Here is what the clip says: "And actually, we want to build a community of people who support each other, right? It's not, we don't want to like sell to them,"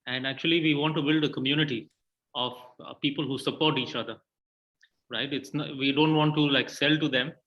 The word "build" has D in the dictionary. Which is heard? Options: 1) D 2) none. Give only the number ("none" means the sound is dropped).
1